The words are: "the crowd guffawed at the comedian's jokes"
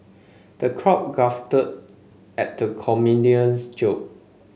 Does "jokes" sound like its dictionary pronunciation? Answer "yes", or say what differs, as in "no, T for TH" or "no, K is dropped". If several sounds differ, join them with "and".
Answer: no, S is dropped